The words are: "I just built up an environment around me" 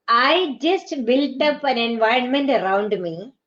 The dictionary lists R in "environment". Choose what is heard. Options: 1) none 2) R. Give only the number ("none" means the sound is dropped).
2